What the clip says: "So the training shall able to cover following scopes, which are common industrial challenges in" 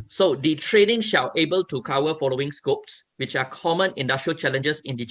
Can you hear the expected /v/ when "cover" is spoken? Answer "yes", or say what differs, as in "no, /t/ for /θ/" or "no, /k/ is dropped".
no, /w/ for /v/